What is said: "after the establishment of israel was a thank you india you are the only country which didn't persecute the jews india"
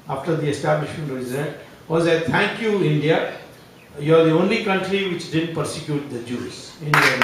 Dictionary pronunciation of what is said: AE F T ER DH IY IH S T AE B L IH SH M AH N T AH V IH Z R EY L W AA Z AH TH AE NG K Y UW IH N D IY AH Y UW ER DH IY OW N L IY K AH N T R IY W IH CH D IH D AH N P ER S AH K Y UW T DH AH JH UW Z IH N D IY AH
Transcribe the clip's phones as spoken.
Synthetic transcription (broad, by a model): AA F T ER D IY IH S T AE B L IH SH M AH N T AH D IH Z EY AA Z AH T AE NG K Y UW IH N D IY AH Y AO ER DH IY OW N L IY K AH N T R IY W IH CH D IH D AH N P ER S AH K Y UW T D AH JH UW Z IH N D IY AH